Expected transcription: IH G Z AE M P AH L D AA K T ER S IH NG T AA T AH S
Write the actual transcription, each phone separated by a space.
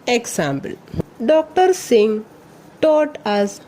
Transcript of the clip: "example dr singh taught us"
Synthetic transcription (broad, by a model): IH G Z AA M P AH L D AA K T ER S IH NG T AA T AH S